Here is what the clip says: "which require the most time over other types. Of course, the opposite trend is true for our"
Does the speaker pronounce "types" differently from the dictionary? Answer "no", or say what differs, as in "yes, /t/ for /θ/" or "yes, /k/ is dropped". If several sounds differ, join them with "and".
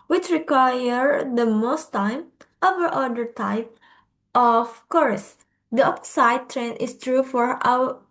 yes, /s/ is dropped